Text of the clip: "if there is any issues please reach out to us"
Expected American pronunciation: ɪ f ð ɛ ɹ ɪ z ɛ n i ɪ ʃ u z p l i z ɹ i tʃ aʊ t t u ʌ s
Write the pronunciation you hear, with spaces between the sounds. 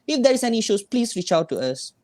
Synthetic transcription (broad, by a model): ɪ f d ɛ ɹ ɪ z ɛ n i ʃ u s p l i s ɹ i tʃ aʊ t t u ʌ s